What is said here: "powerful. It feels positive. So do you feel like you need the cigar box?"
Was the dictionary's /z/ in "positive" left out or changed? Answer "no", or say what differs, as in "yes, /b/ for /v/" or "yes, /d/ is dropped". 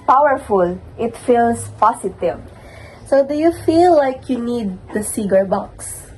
yes, /s/ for /z/